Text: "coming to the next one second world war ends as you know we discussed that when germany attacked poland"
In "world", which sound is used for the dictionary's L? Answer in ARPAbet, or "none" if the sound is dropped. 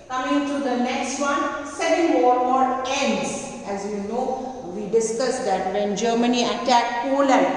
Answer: none